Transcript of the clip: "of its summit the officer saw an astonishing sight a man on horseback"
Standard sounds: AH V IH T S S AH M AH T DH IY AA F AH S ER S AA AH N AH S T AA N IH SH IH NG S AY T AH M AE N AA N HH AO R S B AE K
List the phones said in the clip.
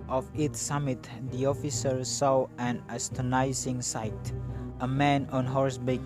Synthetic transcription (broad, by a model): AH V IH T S S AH M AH T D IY AA F AH S ER S AA AH N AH S T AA N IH S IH NG S AY T AH M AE N AA N HH AO R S B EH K